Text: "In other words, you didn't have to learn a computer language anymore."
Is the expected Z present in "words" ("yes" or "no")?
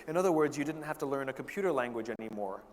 yes